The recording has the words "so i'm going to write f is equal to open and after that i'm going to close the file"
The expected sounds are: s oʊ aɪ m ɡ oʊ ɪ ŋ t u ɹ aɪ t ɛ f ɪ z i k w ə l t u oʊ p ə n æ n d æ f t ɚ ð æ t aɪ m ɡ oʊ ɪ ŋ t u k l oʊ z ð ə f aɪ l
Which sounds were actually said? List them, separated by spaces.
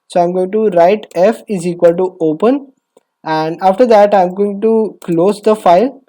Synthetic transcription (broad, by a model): s oʊ aɪ m ɡ oʊ ɪ ŋ t u ɹ aɪ t ɛ f ɪ z i k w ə l t u oʊ p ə n æ n d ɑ f t ɚ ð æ t aɪ m ɡ oʊ ɪ ŋ t u k l oʊ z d ə f aɪ l